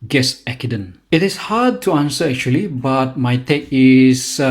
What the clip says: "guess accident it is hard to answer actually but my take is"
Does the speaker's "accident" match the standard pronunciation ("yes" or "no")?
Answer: no